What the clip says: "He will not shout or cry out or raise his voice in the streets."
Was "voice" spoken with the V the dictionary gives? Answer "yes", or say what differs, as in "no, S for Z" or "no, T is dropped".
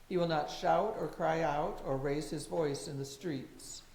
yes